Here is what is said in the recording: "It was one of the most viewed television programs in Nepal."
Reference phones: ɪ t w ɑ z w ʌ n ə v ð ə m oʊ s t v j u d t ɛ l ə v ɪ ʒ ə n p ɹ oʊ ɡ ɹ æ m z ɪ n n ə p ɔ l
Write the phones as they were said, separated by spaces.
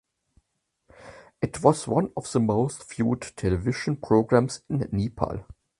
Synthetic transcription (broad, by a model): ɪ t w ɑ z w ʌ n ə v ð ə m oʊ s t f j u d t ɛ l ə v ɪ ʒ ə n p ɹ oʊ ɡ ɹ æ m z ɪ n n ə p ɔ l